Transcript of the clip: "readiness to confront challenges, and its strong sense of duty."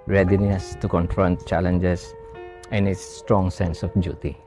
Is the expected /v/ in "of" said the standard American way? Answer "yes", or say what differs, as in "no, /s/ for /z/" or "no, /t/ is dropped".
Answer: no, /f/ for /v/